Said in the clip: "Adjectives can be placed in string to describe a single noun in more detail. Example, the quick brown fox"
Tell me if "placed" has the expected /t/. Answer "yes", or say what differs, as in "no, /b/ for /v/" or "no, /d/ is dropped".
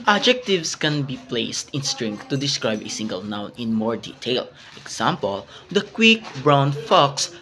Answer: yes